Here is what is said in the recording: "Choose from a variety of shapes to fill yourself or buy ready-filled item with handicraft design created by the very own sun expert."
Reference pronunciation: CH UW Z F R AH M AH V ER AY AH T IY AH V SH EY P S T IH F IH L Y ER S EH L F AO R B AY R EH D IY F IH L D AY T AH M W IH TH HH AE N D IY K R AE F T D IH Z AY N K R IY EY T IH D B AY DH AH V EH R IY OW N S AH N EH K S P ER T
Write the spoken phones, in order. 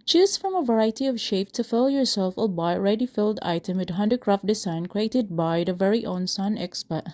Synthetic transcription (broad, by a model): CH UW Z F R AH M AH V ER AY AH T IY AH V SH EY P T IH F IH L Y ER S EH L F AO L B AY R EH D IY F IH L D AY T AH M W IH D HH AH N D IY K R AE F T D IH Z AY N K R IY EY T IH D B AY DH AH V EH R IY OW N S AH N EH K S P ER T